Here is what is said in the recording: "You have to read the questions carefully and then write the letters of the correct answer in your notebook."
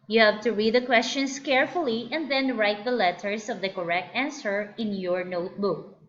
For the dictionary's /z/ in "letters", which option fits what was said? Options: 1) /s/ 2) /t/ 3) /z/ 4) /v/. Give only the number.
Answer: 1